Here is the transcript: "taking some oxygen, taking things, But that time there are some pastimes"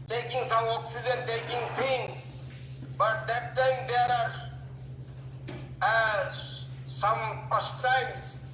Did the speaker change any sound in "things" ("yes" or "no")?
yes